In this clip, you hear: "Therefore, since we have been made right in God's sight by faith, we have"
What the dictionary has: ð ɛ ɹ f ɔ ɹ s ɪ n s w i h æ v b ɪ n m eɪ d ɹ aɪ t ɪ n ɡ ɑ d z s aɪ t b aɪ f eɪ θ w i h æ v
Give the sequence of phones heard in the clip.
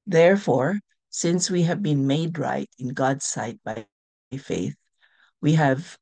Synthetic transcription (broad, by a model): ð ɛ ɹ f ɔ ɹ s ɪ n s w i h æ v b ɪ n m eɪ d ɹ aɪ t ɪ n ɡ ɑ d s aɪ t b aɪ f eɪ θ w i h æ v